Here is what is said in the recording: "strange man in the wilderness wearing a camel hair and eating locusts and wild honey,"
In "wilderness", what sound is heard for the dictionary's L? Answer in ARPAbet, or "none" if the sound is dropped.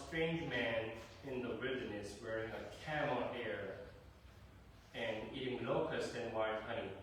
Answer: none